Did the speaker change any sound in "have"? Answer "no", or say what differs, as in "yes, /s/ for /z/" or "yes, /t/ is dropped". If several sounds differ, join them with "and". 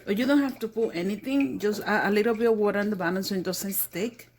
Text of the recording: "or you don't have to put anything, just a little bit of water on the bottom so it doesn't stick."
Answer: yes, /f/ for /v/